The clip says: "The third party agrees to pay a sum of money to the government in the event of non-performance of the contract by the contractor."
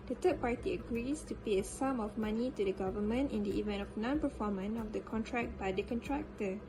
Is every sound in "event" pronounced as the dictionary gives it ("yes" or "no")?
yes